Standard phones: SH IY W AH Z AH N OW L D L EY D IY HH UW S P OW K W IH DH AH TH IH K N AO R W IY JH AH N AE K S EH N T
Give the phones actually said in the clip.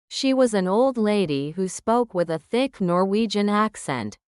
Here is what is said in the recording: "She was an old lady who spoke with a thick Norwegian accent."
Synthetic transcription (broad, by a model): SH IY W AH Z AH N OW L D L EY D IY HH UW S P OW K W IH DH AH TH IH K N AO R W IY JH AH N AE K S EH N T